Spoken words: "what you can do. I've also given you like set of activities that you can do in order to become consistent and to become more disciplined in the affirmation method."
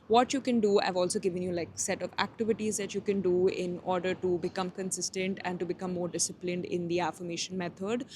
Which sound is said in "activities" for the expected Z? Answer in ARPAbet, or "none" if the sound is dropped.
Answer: Z